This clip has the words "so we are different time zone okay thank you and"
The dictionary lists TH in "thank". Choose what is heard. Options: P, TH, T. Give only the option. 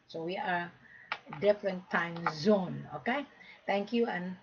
T